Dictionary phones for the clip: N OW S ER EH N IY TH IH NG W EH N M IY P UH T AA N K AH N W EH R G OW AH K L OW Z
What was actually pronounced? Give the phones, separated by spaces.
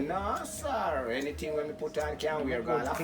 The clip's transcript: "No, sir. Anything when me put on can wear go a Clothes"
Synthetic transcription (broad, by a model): N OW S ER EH N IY T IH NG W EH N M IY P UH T AA N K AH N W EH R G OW AH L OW